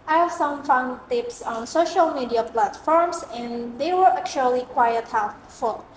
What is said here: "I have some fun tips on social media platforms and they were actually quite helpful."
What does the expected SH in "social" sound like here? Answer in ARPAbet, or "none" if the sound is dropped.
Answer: SH